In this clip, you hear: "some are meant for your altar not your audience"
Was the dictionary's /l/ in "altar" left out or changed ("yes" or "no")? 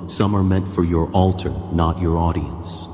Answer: no